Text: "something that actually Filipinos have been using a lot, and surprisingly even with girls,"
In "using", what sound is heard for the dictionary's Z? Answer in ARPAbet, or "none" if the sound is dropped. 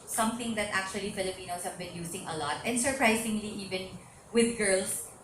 S